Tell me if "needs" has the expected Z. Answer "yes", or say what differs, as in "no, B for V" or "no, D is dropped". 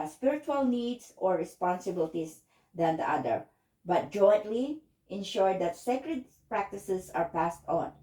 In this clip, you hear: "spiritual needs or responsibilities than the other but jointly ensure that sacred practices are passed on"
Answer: no, S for Z